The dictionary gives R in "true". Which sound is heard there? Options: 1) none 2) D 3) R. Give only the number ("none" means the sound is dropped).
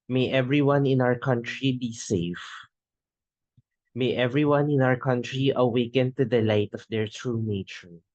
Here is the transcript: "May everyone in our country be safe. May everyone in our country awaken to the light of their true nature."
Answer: 3